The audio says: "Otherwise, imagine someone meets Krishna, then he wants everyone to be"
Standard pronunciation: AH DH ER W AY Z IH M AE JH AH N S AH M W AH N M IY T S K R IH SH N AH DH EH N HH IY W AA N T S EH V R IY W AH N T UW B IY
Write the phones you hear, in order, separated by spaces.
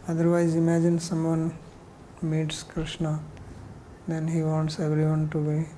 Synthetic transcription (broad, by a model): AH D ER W AY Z IH M AE JH AH N S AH M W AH N M IY T S K R IH SH N AH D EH N HH IY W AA N T S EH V R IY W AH N T UW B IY